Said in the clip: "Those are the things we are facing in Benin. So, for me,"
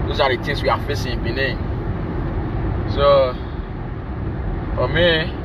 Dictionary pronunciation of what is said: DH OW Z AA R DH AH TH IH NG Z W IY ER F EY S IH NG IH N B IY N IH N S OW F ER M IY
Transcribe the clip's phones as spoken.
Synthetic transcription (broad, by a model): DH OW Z AA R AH T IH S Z W IY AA F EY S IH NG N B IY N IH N S OW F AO M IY